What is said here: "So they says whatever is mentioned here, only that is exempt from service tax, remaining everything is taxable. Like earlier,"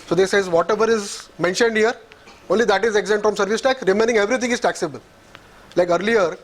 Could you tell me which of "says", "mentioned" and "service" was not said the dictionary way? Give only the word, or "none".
none